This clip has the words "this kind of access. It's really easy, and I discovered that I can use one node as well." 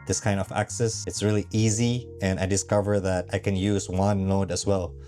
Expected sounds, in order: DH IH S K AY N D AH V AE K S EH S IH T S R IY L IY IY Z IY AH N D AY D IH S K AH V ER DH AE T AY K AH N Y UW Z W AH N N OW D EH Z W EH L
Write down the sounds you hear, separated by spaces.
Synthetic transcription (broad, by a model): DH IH S K AY N D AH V AE K S EH S IH T S R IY L IY IY Z IY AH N AY D IH S K AH V ER DH AE T AY K AH N Y UW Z W AH N L OW D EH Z W EH L